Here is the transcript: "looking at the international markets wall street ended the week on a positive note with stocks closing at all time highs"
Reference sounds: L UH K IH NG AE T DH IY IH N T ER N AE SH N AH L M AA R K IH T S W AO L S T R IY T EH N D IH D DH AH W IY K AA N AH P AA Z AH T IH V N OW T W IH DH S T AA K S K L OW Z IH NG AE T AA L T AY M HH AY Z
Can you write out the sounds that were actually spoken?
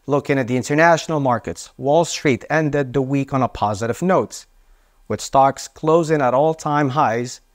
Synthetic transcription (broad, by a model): L UH K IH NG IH T DH IY IH N T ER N AE SH N L M AA R K IH T S W AO L S T R IY T EH N D IH D DH AH W IY K N AH P AA Z AH T IH V N OW T W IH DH S T AA K S K L OW Z IH NG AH T AA L T AY M HH AY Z